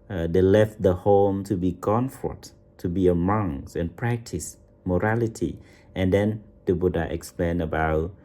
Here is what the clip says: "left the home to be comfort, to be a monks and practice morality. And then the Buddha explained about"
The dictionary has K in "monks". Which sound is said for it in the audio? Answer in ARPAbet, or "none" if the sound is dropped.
none